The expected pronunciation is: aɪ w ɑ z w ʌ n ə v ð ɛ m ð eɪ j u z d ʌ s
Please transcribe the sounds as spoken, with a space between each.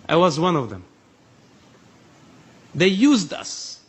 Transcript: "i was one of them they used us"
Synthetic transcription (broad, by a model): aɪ w ɑ z w ʌ n ə v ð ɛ m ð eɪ j u z d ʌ s